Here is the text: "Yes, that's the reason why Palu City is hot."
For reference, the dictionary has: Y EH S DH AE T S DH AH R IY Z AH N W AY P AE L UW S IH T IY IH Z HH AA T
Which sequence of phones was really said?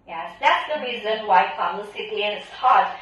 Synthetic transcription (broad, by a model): Y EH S DH AE T S DH AH R IY Z AH N W AY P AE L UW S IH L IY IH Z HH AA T